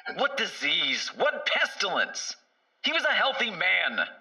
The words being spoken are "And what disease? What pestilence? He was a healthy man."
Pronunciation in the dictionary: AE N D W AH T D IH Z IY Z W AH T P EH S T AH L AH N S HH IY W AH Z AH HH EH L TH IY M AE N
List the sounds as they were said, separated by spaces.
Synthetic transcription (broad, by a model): W AH T D IH Z IY Z W AH T P EH S T AH L AH N S HH IY W AH Z AH HH EH L TH IY M AE N